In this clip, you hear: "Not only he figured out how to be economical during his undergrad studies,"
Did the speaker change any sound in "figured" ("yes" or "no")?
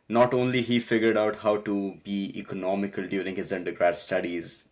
no